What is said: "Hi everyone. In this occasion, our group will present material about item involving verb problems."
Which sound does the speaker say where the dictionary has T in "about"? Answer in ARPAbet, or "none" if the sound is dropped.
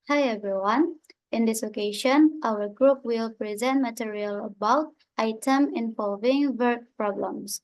T